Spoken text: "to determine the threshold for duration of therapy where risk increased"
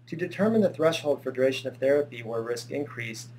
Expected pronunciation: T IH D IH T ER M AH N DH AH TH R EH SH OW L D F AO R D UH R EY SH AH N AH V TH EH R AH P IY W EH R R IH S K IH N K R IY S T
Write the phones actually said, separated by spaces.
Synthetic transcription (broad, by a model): T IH D IH T ER M AH N DH AH TH R EH SH OW L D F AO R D R EY SH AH N AH V TH EH R AH P IY W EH R R IH S K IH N K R IY S T